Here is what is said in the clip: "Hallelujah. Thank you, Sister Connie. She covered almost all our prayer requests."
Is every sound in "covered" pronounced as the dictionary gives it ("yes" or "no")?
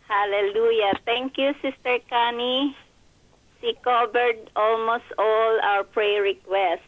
no